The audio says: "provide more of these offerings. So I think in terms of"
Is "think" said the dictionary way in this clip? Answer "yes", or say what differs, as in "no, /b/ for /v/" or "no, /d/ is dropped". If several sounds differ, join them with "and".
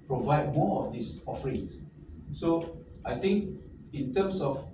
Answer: no, /t/ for /θ/